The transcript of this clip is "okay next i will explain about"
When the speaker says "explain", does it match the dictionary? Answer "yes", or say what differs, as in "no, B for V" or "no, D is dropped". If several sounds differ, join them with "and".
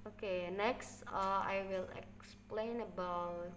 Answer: yes